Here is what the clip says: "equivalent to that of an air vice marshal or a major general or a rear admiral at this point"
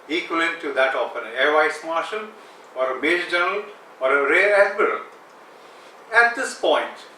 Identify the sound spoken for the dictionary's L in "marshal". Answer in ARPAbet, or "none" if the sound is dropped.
N